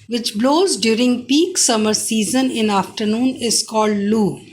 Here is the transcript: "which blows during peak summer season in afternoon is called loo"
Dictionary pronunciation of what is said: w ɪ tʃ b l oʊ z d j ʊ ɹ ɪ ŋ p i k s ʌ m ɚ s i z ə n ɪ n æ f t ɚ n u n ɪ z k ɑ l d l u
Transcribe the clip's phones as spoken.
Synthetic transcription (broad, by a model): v ɪ tʃ b l oʊ z d j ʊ ɹ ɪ ŋ p i k s ʌ m ɚ s i z ə n ɪ n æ f t ɚ n u n ɪ z k ɑ l d l u